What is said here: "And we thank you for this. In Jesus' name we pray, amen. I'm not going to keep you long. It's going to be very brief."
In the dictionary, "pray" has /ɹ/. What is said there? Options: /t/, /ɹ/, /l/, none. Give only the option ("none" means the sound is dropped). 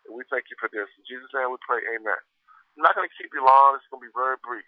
/l/